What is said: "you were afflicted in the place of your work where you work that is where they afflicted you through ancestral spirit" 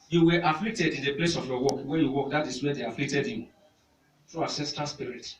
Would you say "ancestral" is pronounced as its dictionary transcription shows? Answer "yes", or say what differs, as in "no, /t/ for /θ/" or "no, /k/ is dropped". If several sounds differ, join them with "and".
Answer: no, /n/ is dropped and /ɹ/ is dropped